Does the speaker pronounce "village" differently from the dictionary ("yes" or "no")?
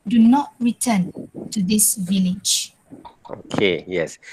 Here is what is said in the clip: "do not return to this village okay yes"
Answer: no